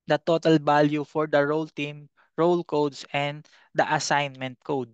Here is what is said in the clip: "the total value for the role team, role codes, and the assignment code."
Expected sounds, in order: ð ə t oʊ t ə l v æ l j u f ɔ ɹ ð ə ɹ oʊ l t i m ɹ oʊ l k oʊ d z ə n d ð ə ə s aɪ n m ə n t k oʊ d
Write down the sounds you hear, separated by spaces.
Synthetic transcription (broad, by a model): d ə t oʊ t ə l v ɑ l j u f ɔ ɹ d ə ɹ oʊ l t i m ɹ oʊ l k oʊ d s ə n d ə ə s aɪ n m ə n t k oʊ d